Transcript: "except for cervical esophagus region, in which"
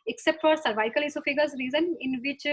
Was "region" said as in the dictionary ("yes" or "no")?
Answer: no